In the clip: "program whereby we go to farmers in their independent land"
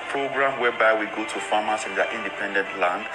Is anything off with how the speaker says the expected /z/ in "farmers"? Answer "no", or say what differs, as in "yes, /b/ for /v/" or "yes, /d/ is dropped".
yes, /s/ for /z/